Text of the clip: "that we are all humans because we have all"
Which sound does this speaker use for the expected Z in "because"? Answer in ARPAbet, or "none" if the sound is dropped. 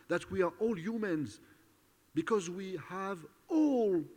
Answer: Z